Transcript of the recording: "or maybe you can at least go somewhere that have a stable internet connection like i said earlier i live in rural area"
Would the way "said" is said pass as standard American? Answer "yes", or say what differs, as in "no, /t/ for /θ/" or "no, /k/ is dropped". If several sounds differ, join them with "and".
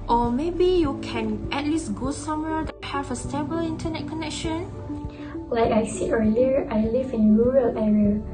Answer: no, /d/ is dropped